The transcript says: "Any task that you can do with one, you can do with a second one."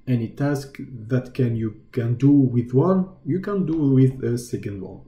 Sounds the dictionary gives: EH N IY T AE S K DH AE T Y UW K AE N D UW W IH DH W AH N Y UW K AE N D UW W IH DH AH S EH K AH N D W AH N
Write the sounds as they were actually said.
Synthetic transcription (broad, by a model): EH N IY T AE S K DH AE T Y UW K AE N D UW W IH DH W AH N Y UW K AE N D UW W IH DH AH S EH K AH N D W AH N